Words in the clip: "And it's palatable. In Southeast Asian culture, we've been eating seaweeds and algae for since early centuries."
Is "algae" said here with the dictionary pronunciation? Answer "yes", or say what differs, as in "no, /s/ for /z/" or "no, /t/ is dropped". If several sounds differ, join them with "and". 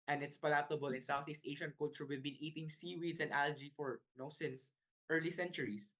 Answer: yes